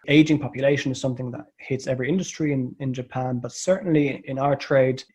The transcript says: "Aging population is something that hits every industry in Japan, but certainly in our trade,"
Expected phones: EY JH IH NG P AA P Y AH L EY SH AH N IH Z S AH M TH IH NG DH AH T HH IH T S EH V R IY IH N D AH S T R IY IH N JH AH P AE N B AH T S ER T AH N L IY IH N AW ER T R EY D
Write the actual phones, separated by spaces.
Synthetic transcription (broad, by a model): EY JH IH NG P AA P Y AH L EY SH AH N IH Z S AH M TH IH NG DH AH T HH IH T S EH V R IY IH N D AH S T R IY IH N JH AH P AE N B AH T S ER T N L IY IH N AW ER T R EY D